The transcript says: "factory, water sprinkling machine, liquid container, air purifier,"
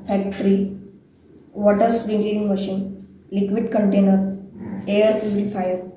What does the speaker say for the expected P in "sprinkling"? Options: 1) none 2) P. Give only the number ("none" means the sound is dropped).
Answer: 1